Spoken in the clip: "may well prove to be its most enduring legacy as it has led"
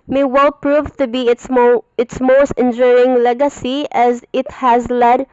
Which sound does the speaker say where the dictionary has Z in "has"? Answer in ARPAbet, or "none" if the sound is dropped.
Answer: Z